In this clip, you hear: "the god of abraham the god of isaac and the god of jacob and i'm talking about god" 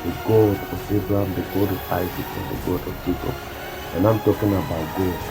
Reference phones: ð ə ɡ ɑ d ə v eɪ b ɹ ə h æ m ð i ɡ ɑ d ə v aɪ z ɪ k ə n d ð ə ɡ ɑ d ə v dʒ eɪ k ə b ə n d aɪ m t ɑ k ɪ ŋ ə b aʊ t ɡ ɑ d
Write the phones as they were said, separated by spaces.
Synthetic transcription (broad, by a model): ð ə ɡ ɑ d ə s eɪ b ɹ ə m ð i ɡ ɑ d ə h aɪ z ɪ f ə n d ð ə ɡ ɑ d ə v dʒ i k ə ə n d aɪ m t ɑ k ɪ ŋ ə b aʊ t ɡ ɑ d